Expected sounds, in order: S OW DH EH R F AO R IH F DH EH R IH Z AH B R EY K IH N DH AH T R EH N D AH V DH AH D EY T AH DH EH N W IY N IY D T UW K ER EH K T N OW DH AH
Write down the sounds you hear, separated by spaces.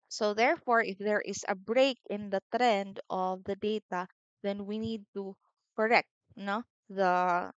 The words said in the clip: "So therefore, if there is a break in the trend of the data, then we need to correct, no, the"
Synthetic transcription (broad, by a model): S OW DH EH R F AO R IH F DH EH R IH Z AH B R EY K IH N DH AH T R EH N D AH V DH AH D EY T AH DH EH N W IY N IY D T UW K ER EH K T N OW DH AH